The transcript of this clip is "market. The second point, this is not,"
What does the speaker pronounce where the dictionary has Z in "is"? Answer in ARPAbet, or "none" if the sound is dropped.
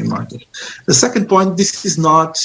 Z